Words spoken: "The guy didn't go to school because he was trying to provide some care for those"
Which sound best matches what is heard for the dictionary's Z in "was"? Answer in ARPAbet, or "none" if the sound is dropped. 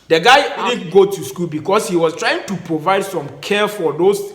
S